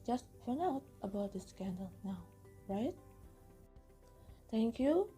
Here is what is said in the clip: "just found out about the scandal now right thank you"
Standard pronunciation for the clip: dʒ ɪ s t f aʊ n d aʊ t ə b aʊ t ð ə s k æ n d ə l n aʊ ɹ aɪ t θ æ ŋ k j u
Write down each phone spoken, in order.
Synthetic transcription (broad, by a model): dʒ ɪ s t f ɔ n aʊ t ə b aʊ t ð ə s k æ n d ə l n aʊ ɹ aɪ t t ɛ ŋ k j u